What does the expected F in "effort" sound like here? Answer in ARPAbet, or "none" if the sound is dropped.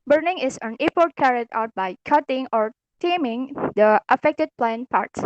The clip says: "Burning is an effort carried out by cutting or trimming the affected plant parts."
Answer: P